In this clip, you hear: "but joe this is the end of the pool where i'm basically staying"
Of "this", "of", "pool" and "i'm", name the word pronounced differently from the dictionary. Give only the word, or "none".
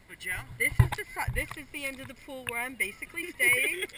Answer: none